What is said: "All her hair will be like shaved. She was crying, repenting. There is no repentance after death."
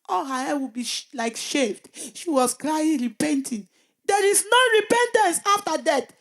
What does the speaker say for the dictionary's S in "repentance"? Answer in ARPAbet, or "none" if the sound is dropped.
S